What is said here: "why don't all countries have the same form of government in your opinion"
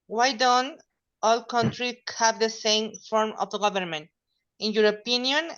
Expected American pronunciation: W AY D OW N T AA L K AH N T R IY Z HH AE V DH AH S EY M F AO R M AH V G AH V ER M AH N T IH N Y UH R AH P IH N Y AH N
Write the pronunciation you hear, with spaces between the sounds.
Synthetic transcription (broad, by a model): W AY D OW N T AA L K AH N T R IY HH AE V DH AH S EY M F AO R M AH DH G AH V ER M AH N T IH N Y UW R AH P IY N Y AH N